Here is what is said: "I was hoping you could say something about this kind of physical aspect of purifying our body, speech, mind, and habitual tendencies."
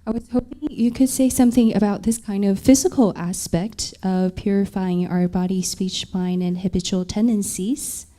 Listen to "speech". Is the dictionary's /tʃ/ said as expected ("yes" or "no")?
yes